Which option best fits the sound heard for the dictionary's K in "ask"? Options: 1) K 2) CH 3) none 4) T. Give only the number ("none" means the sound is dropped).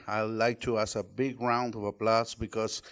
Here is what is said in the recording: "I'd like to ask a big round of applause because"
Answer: 3